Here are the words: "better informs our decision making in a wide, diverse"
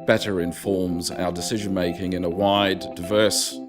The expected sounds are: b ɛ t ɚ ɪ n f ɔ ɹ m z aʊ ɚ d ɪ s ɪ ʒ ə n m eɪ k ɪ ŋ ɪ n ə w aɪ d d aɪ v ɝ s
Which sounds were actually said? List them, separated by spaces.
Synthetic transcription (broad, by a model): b ɛ t ɚ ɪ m f ɔ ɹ m z aʊ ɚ d ɪ s ɪ ʒ ə n m eɪ k ɪ ŋ ɪ n ə w aɪ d d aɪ v ɝ s